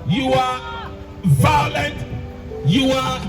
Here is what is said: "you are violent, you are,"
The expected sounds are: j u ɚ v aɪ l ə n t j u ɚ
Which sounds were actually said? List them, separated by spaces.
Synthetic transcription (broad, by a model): j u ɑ v aɪ l ə n t j u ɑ